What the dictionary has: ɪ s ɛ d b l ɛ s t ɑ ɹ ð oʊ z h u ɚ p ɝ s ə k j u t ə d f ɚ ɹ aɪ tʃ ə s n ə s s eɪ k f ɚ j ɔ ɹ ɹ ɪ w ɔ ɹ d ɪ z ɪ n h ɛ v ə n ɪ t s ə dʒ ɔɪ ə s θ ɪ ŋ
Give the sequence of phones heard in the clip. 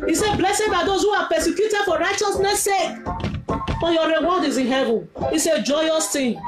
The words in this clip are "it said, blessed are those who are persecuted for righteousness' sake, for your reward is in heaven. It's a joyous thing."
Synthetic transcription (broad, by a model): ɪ s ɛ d b l ɛ s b ɑ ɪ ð oʊ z h u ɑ p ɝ s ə k j u t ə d f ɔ ɹ aɪ tʃ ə s n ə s s eɪ k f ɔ j ɔ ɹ ɹ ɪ w ɔ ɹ d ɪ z ɪ n h ɛ v ə n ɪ s ə dʒ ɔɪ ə s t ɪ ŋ